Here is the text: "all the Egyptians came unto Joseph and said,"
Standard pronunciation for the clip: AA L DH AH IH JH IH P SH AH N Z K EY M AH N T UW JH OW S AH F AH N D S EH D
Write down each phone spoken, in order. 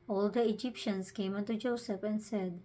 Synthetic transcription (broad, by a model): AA L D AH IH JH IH P SH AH N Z K EY M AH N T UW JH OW S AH P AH N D S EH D